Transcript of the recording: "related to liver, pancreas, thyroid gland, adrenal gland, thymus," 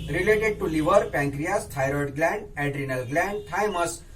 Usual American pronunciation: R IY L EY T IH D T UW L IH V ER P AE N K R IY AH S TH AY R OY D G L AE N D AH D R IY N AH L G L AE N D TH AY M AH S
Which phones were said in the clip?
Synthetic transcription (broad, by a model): R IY L EY T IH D T UW L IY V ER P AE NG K R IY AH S T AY R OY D G L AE N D AH D R IY N AH L G L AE N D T AY M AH S